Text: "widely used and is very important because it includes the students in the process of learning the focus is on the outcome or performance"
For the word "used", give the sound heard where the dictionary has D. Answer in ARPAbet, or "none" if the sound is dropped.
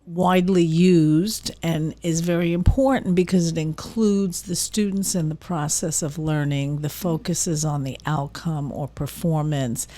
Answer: D